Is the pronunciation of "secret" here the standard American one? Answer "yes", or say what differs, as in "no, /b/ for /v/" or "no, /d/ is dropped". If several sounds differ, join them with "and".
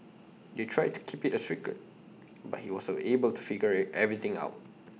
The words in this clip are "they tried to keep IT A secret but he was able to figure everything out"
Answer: no, /ɹ/ is dropped